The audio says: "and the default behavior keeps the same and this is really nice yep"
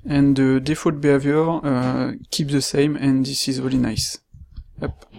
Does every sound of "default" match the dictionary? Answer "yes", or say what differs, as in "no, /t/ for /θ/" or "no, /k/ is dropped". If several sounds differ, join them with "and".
no, /l/ is dropped